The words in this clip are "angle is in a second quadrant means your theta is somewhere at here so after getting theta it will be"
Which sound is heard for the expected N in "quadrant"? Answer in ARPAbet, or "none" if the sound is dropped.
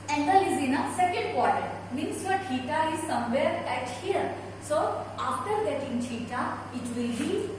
none